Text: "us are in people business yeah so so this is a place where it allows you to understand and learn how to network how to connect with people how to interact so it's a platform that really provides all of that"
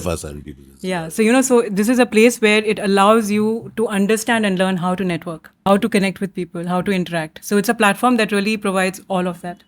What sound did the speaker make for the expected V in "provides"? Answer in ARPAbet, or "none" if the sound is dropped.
V